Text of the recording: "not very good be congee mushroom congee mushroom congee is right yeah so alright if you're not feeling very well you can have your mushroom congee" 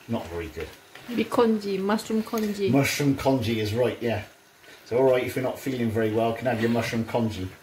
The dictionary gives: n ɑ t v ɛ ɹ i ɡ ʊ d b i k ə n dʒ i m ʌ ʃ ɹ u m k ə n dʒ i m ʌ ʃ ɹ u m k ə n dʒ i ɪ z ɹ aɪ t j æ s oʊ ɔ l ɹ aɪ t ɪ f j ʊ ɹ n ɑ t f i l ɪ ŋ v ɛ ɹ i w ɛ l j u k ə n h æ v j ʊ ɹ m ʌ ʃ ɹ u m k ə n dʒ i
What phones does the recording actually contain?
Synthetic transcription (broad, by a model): n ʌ t v ɛ ɹ i ɡ ʊ d b i k ə n dʒ i m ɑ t ɹ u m k ə n dʒ i m ʌ ʃ ɹ u m k ə n dʒ i ɪ z ɹ aɪ t j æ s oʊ ɔ l ɹ aɪ t ɪ f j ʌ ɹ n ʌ t f i l ɪ ŋ v ɛ ɹ i w ɛ l k ə n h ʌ v j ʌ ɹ m ʌ ʃ ɹ u m k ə n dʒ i